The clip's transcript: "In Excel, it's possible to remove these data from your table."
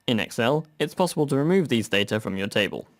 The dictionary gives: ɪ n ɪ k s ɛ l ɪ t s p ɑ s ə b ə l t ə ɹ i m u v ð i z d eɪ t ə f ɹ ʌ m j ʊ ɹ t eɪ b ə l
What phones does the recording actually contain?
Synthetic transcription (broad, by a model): ɪ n ɪ k s ɛ l ɪ t s p ɑ s ə b ə l t ə ɹ i m u v ð i z d eɪ t ə f ɹ ʌ m j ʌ t eɪ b ə l